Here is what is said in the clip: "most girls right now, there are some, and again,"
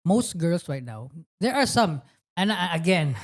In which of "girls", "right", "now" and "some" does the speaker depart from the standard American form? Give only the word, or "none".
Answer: girls